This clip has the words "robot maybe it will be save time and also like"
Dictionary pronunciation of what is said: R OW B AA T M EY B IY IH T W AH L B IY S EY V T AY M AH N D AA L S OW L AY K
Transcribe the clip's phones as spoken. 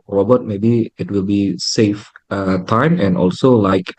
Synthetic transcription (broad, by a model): R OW B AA T M EY B IY IH T W AH L B IY S EY F T AY M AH N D AA L S OW L AY K